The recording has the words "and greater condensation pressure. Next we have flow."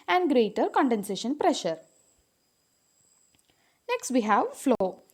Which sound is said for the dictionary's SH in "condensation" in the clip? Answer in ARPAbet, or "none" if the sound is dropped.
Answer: SH